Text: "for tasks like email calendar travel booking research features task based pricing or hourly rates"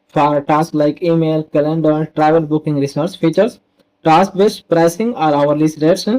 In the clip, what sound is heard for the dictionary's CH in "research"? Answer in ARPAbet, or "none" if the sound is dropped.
S